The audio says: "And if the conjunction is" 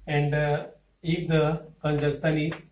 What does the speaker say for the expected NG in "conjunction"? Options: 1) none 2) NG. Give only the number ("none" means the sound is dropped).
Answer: 1